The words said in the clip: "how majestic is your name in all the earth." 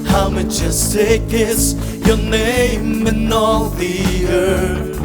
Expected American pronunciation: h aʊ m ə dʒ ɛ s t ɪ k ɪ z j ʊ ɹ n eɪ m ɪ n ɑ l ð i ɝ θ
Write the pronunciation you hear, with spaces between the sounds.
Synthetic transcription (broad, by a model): h aʊ m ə tʃ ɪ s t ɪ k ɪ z j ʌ ɹ n eɪ m ɪ n ɑ l ð i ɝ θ